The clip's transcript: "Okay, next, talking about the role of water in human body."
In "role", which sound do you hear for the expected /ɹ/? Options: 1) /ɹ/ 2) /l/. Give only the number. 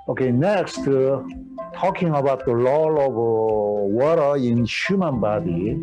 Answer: 2